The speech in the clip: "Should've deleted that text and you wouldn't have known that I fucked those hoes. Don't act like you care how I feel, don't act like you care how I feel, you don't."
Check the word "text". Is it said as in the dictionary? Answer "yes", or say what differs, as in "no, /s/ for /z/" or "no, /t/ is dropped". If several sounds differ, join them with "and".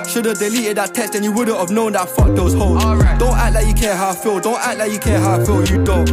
no, /k/ is dropped